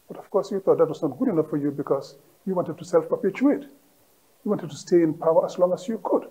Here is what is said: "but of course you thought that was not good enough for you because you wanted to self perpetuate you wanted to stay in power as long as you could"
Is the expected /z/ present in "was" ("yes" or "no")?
no